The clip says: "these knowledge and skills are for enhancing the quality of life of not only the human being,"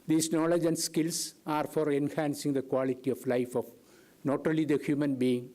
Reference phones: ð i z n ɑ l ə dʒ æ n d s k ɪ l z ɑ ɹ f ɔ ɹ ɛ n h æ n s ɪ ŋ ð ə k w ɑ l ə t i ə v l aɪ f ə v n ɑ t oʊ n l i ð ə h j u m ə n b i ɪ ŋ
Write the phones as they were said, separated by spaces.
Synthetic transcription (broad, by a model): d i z n ɑ l ə dʒ æ n d s k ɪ l s ɑ ɹ f ɔ ɹ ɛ n h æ n s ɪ ŋ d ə k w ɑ l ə t i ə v l aɪ f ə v n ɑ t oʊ l i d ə h j u m ə n b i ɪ ŋ